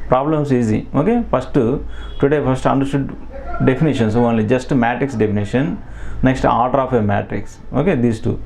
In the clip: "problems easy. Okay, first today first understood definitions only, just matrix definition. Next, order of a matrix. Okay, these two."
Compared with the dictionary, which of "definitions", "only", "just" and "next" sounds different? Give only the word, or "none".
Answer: definitions